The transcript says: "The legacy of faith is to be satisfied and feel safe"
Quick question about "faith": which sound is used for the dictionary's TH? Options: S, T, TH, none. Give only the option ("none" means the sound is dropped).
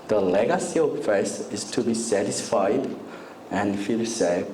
S